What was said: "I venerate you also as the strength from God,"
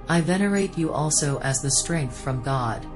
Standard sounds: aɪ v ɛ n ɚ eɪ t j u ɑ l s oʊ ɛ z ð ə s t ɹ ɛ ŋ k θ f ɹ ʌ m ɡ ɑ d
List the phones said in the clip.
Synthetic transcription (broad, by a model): aɪ v ɛ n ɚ eɪ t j ɑ l s oʊ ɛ z ð ə s t ɹ ɛ ŋ k θ f ɹ ʌ m ɡ ɑ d